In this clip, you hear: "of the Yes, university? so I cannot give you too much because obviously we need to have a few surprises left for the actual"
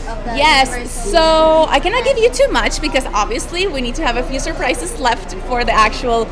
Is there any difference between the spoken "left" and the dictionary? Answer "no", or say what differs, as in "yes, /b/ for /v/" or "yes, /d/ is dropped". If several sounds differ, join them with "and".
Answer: no